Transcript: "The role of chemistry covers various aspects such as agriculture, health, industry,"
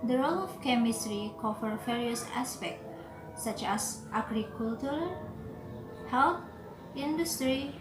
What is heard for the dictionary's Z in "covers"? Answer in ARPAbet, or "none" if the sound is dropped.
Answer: none